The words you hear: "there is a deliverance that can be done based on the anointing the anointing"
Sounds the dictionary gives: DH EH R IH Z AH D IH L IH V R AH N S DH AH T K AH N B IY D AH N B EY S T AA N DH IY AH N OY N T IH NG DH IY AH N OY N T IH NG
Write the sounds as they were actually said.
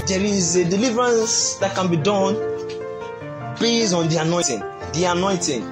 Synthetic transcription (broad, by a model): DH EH R IH Z AH D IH L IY V R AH N S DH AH T K AH N B IY D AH N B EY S AA N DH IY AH N OY T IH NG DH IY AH N OY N T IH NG